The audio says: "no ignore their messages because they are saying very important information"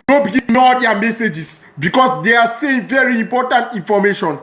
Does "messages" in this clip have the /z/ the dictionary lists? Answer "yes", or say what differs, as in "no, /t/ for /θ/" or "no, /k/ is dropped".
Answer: no, /s/ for /z/